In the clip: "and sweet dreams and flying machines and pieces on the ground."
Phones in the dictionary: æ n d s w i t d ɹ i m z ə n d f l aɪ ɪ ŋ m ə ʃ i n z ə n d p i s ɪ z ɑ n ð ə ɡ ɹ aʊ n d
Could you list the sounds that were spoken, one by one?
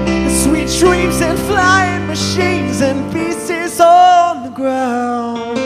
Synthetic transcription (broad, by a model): s w i t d ɹ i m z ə n f l aɪ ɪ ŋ m ə ʃ i n z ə n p i s ɪ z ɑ n ð ə ɡ ɹ aʊ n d